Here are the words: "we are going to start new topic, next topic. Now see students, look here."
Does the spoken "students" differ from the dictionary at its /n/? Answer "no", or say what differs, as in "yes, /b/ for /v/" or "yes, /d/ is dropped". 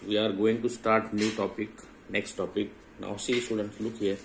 no